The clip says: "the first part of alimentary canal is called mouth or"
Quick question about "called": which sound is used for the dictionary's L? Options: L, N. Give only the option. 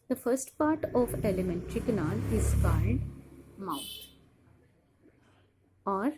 N